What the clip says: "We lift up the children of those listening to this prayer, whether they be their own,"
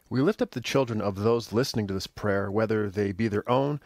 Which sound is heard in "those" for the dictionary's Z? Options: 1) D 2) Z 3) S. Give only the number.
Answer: 2